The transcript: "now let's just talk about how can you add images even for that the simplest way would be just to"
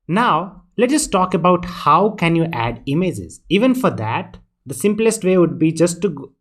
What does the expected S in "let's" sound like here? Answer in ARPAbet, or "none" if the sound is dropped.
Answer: none